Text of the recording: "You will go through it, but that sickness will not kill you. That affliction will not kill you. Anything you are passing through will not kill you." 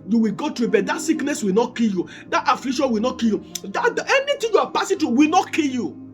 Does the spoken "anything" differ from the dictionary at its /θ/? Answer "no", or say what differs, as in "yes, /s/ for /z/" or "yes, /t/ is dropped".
yes, /t/ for /θ/